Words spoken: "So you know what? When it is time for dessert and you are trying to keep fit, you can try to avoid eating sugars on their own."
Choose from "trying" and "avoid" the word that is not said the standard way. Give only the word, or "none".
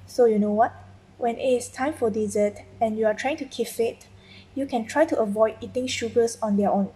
none